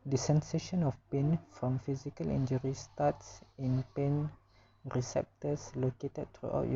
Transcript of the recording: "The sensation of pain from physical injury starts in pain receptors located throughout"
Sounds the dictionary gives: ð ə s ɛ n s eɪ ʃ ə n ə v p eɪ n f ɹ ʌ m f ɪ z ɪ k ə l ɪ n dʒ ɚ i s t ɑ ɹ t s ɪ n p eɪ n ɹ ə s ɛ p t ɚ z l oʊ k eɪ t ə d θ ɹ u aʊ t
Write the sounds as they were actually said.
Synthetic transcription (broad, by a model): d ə s ɛ n s eɪ ʃ ə n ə f p eɪ n f ɹ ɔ m f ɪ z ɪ k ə l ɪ n dʒ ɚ i s t ɑ t s ɪ n p eɪ n ɹ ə s ɛ p t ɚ s l oʊ k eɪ t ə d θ ɹ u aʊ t